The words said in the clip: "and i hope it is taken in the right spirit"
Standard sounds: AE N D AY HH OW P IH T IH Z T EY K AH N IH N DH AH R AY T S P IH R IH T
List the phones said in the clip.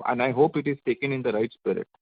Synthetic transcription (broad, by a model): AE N D AY HH OW P IH T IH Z T EY K AH N IH N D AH R AY T S P IH R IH T